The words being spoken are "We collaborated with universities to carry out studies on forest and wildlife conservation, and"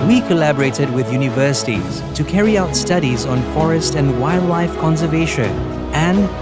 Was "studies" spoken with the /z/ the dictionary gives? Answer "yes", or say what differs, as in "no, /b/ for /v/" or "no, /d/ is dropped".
yes